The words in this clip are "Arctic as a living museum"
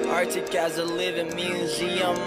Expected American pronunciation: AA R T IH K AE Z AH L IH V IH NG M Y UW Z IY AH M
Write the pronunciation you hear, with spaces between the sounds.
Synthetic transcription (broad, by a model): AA R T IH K AE Z AH L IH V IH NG M Y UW Z IY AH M